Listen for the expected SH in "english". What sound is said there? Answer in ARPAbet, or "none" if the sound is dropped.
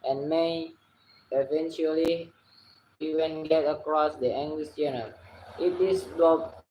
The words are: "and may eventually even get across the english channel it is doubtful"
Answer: S